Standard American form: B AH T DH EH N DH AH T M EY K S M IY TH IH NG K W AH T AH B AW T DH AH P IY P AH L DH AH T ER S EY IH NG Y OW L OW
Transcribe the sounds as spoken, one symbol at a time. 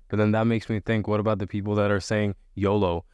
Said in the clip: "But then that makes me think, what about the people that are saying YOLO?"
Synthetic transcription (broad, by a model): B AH T DH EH N DH AH T M EY K S M IY TH IH NG K W AH T AH B AW T DH AH P IY P L DH AH T ER S EY IH NG Y OW L OW